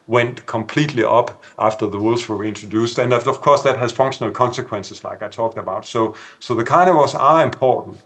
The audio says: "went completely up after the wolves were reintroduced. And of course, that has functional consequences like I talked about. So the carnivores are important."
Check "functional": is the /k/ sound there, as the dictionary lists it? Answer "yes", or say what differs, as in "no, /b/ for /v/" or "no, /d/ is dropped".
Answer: yes